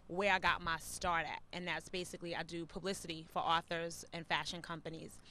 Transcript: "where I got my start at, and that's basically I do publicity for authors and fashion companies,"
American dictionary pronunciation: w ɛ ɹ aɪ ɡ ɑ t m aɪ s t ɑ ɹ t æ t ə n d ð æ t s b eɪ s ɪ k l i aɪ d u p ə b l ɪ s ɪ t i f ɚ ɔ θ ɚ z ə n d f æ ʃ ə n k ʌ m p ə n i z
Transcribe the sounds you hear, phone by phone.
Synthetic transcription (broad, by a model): w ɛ ɹ aɪ ɡ ɑ t m aɪ s t ɑ ɹ t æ t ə n ð æ t s b eɪ s ɪ k l i aɪ d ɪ p ə b l ɪ s ɪ t i f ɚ ɔ θ ɚ z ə n f æ ʃ ə n k ʌ m p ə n i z